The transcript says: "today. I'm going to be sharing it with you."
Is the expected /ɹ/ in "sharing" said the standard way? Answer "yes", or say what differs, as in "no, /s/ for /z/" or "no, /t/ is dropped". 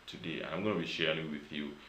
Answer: yes